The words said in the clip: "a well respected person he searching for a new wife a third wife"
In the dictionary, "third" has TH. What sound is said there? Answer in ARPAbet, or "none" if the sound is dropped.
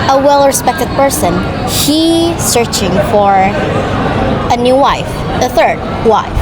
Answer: TH